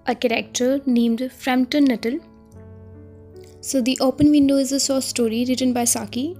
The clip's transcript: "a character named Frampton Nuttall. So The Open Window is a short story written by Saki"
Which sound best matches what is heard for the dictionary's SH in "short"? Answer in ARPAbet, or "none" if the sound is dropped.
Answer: S